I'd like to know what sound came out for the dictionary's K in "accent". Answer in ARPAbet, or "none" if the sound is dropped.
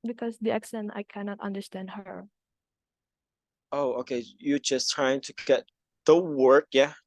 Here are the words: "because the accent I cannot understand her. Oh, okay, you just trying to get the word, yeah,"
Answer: K